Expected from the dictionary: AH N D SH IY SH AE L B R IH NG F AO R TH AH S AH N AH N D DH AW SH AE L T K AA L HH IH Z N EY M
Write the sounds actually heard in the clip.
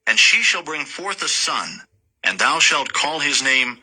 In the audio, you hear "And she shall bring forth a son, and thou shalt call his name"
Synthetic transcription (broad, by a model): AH N SH IY SH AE L B R IH NG F AO R TH AH S AH N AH N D DH AW SH AE L T K AA L HH IH Z N EY M